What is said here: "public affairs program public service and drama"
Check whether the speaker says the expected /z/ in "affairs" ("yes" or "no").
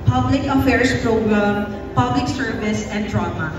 no